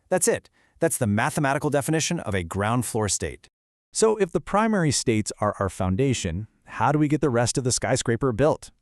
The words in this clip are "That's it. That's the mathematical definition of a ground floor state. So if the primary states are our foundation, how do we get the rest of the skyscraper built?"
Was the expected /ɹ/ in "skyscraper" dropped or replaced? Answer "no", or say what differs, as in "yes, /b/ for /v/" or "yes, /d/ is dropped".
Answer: no